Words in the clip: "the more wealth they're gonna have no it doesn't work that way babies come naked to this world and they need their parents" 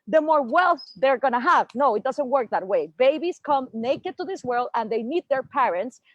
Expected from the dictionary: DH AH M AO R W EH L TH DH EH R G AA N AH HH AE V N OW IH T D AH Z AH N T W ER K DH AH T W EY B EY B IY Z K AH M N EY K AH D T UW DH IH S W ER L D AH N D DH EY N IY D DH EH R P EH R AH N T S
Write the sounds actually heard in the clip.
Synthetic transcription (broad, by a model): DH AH M AO R W EH L TH DH EH R G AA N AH HH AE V N OW IH T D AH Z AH N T W ER K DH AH T W EY B EY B IY S K AH M N EY K AH D T UW DH IH S W ER L D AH N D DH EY N IY D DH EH R P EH R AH N T S